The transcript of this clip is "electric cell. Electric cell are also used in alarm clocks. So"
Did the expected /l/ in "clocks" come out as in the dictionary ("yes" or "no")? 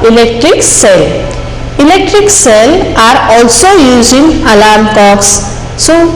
no